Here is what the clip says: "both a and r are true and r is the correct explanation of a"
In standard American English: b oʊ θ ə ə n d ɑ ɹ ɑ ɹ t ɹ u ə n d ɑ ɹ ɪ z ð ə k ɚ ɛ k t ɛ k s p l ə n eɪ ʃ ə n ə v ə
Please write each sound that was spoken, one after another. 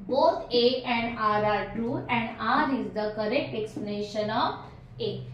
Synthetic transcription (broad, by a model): b oʊ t ə ə n d ɑ ɹ ɑ ɹ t u ə n d ɑ ɹ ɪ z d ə k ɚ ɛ k t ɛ k s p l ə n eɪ ʃ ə n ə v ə